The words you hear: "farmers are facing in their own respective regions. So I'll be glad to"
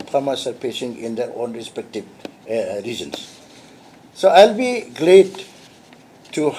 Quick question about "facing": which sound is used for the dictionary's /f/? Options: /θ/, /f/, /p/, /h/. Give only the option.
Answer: /p/